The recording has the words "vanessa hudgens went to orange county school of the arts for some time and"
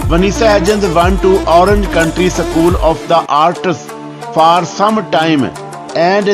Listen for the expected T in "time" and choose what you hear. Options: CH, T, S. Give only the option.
T